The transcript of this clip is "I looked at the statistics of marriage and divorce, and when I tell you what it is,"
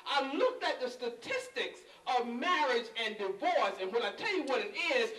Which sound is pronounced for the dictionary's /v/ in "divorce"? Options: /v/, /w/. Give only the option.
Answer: /v/